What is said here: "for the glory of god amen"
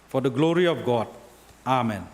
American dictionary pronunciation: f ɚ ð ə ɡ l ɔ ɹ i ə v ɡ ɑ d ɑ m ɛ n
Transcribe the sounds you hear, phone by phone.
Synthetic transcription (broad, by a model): f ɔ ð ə ɡ l ɔ ɹ i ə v ɡ ɑ d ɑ m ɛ n